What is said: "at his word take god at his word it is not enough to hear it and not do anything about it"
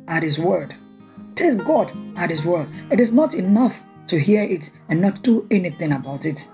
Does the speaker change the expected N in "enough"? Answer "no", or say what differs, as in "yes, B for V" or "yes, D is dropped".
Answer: no